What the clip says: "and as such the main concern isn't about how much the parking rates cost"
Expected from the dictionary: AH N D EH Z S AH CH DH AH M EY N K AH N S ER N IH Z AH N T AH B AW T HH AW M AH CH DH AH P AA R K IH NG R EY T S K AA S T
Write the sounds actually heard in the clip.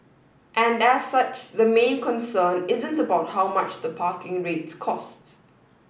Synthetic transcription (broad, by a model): AH N D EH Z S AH CH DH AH M EY N K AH N S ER N IH Z AH N T AH B AW T HH AW M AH CH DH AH P AA K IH NG R EY T S K AA S T